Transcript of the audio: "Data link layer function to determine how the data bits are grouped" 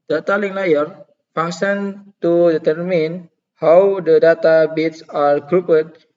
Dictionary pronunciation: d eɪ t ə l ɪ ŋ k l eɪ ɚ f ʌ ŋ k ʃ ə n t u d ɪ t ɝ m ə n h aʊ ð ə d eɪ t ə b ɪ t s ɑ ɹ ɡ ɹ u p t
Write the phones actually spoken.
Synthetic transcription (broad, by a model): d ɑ t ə l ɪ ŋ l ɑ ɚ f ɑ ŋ ʃ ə n t u d ɪ t ɝ m ə n h aʊ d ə d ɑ t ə b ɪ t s ɑ ɹ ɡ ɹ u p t